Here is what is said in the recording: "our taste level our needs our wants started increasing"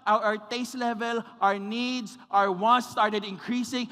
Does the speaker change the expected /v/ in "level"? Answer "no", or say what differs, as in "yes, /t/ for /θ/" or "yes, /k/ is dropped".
no